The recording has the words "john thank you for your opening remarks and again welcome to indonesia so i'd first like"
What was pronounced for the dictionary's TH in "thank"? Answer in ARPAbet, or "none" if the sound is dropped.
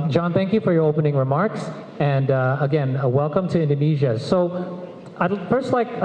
TH